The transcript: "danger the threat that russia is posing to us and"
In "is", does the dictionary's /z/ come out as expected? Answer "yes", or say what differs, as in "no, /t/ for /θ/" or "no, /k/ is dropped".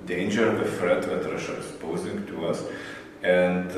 no, /s/ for /z/